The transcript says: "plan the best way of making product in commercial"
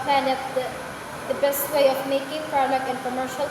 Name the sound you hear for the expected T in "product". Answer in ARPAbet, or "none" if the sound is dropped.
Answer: none